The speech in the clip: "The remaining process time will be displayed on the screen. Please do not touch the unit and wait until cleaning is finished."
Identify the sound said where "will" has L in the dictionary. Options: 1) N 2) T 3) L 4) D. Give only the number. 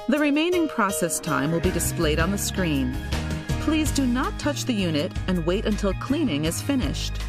3